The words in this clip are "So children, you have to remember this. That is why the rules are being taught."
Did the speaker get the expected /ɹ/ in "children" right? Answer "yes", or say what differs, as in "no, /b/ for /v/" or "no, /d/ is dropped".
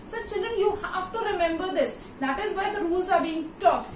yes